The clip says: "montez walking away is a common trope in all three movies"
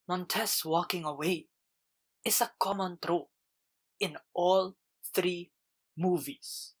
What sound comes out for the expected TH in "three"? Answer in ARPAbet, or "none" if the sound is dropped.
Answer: TH